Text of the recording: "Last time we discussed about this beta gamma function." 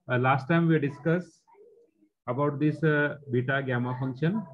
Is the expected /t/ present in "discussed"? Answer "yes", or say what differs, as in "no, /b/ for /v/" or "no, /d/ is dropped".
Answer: no, /t/ is dropped